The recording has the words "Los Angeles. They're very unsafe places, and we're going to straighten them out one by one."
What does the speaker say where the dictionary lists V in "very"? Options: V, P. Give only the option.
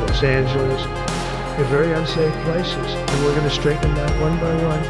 V